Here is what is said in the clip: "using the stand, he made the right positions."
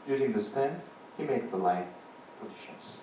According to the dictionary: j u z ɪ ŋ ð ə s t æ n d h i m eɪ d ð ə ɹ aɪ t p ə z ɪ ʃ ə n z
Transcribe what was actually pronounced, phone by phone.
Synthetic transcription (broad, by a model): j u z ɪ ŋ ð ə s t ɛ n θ h i m eɪ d ð ə l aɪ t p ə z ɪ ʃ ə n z